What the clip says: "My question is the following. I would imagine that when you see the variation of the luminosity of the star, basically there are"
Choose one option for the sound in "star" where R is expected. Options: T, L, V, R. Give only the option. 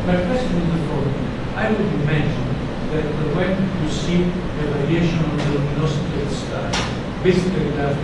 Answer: L